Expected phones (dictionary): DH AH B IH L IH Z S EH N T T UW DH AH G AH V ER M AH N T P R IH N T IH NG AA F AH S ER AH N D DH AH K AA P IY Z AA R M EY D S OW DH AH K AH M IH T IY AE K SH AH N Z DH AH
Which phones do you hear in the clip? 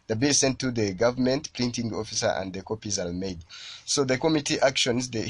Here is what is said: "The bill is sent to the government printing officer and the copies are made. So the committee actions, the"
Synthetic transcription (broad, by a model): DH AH B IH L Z S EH N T T UW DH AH G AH V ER M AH N T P L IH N T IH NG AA F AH S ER AH N D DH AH K AA P IY Z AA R M EY D S OW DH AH K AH M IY T IY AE K SH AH N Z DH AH